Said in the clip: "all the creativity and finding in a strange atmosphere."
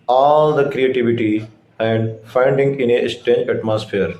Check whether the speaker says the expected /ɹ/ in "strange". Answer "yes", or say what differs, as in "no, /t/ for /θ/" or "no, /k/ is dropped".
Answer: no, /ɹ/ is dropped